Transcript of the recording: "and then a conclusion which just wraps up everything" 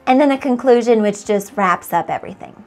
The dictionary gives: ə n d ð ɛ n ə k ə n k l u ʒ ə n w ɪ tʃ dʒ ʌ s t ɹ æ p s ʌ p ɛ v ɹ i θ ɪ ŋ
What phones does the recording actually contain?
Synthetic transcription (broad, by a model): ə n ð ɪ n ə k ə n k l u ʒ ə n w ɪ tʃ dʒ ʌ s t ɹ æ p s ʌ p ɛ v ɹ i θ ɪ ŋ